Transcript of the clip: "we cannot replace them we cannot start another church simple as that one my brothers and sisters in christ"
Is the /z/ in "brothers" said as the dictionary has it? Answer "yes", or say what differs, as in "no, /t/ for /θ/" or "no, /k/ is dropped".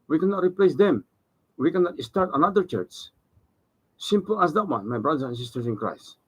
no, /z/ is dropped